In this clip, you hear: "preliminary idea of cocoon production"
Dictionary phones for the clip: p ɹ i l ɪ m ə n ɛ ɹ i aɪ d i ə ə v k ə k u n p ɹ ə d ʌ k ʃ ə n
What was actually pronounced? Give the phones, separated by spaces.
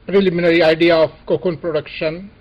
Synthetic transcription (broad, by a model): p ɹ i l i m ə n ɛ ɹ i aɪ d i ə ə p k ə k u n p ɹ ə d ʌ k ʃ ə n